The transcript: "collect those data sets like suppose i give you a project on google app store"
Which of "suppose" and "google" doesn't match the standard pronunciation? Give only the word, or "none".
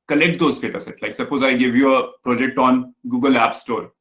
none